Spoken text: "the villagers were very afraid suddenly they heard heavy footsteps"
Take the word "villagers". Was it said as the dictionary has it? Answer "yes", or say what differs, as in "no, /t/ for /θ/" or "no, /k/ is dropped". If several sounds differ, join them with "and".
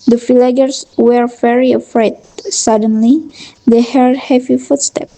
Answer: no, /f/ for /v/ and /s/ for /z/